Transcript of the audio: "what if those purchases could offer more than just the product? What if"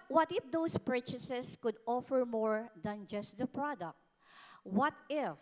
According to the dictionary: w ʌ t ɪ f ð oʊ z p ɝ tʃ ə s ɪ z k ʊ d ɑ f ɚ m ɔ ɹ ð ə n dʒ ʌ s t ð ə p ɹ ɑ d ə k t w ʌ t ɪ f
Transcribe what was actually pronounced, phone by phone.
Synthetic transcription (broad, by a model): w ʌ t ɪ f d oʊ s p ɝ tʃ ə s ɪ s k ʊ d ɑ f ɚ m ɔ ɹ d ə n dʒ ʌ s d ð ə p ɹ ɑ d ə k t w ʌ t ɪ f